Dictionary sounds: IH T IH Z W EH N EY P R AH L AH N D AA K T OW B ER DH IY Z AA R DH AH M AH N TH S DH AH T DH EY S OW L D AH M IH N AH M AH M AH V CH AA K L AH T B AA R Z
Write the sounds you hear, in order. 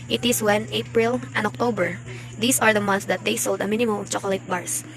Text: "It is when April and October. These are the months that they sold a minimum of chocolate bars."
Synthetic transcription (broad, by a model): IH T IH S W EH N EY P R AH L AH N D AA K T OW B ER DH IY S AA R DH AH M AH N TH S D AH T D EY S OW L D AH M IH N AH M AH M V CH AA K L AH T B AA R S